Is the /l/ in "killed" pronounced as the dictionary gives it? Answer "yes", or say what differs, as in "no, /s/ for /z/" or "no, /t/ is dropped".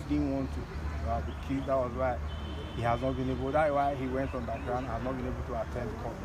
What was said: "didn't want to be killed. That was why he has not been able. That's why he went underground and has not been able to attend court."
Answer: no, /l/ is dropped